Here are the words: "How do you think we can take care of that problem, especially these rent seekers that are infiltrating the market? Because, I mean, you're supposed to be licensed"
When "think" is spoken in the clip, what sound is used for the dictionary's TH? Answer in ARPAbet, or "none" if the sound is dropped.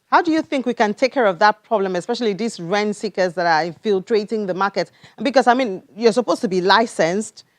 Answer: TH